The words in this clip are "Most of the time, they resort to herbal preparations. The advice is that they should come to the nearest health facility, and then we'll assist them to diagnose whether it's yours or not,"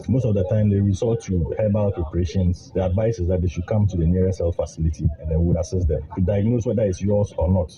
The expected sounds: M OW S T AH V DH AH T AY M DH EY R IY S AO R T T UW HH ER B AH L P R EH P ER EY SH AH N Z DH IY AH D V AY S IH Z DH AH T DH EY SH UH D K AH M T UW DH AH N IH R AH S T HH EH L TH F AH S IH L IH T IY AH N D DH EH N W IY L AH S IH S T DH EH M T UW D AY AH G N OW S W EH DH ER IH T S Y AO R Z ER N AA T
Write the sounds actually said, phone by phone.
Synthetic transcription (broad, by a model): M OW S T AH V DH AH T AY M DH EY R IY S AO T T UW HH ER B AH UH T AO P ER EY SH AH N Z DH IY AH D V AY S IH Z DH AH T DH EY SH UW D K AH M T UW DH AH N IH R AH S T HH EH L F F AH S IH L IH T IY AH N D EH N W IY W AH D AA S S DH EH M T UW D AY AH G N OW S W EH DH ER IH T S Y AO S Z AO N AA T